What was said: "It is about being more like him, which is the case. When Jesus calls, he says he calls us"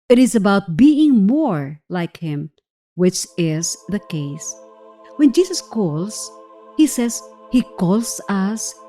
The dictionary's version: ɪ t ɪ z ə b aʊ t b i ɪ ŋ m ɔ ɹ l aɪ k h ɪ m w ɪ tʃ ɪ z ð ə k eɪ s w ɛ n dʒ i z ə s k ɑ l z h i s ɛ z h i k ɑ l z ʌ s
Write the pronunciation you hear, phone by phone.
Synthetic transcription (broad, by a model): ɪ t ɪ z ə b aʊ t b i ɪ ŋ m ɔ ɹ l aɪ k h ɪ m w ɪ tʃ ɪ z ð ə k eɪ s w ɛ n dʒ i s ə s k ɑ l s h i s ɛ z h i k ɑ l s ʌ s